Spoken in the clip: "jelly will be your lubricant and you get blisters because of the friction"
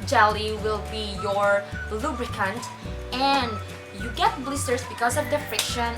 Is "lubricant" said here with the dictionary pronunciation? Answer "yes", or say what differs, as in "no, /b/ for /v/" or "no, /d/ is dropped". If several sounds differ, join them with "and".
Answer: yes